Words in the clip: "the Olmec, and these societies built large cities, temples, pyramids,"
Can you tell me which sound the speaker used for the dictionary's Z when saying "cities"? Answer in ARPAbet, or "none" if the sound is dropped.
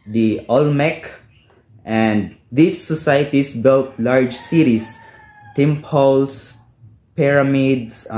S